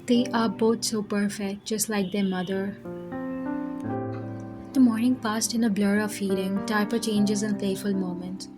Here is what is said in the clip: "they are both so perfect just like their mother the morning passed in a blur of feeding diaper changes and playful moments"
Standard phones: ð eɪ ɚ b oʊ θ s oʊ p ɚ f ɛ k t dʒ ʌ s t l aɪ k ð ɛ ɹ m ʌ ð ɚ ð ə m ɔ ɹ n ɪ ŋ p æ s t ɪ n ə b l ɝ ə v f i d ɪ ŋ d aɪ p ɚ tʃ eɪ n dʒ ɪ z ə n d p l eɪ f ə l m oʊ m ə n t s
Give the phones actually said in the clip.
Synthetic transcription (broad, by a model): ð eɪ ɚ b oʊ t s oʊ p ɚ f ɛ k t dʒ ʌ s t l aɪ k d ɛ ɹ m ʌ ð ɚ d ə m ɔ ɹ n ɪ ŋ p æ s t ɪ n ə b l ɝ ə v f i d ɪ ŋ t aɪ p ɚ tʃ eɪ n dʒ ɪ z ə n d p l eɪ f ə l m oʊ m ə n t